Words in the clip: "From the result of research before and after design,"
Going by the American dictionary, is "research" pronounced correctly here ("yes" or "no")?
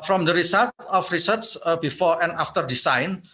no